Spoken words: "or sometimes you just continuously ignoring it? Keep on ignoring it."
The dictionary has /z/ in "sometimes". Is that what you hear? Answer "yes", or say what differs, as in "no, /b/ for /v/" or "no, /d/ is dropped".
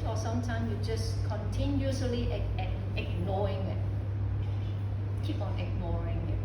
no, /z/ is dropped